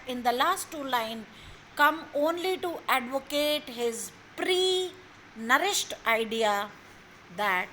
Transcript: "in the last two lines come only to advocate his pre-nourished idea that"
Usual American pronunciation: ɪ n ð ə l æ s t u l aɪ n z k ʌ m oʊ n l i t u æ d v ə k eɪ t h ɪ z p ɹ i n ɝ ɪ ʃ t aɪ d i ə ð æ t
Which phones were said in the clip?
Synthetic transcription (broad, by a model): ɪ n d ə l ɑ s t u l aɪ n k ʌ m oʊ n l i t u æ d v ə k eɪ t h ɪ z p ɹ i n ɝ ɪ ʃ t aɪ d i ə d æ t